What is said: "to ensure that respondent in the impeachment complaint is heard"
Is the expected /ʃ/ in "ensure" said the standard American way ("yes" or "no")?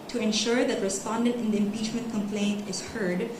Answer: yes